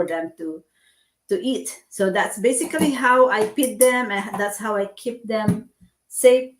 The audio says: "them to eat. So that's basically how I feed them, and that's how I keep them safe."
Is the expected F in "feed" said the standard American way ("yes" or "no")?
no